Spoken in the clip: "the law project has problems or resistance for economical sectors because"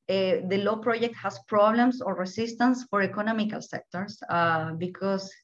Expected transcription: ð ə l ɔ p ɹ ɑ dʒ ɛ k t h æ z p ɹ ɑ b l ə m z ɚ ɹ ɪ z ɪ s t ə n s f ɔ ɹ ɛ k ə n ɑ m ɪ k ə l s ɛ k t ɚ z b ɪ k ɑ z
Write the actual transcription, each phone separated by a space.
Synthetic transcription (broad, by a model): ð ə l ɔ p ɹ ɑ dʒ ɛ k t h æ s p ɹ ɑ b l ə m s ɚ ɹ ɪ s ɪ s t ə n s f ɔ ɹ ɛ k ə n ɑ m ɪ k ə l s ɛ k t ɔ s b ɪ k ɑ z